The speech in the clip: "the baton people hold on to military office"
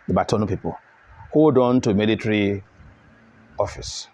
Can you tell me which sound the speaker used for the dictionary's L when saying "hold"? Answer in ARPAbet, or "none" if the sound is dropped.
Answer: none